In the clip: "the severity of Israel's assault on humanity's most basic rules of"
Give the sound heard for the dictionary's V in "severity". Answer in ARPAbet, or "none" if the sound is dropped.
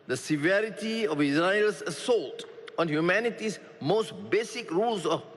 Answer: V